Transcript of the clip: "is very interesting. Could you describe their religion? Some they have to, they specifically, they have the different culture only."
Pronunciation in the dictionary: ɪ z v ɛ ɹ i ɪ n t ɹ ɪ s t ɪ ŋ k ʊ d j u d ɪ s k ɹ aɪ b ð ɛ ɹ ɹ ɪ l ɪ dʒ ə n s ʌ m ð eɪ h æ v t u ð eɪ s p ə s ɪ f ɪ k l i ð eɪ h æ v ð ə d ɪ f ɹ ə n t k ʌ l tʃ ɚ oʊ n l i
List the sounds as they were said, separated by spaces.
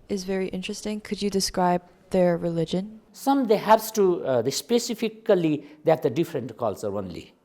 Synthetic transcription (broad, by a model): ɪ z v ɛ ɹ i ɪ n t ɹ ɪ s t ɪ ŋ k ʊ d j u d ɪ s k ɹ aɪ b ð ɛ ɹ ɹ ɪ l ɪ dʒ ə n s ʌ m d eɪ h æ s t u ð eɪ s p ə s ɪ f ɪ k l i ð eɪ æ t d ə d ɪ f ɹ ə n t k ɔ l s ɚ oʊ n l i